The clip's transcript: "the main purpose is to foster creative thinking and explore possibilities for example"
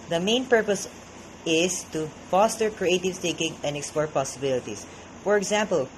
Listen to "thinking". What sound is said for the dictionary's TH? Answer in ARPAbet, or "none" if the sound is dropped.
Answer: T